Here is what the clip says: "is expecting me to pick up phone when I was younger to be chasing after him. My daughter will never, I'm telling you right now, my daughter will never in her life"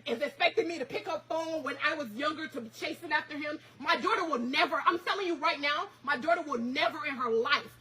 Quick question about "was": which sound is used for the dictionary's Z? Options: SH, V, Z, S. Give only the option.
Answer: Z